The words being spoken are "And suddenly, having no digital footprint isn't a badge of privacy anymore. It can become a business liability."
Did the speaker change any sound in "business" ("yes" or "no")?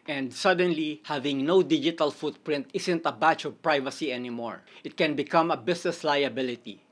yes